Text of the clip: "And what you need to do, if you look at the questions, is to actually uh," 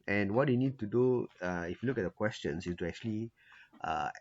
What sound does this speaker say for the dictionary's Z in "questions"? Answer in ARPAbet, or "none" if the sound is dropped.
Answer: S